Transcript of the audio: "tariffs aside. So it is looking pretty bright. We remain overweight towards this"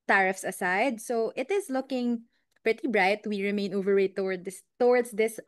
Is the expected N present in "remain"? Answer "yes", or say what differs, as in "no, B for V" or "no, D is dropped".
yes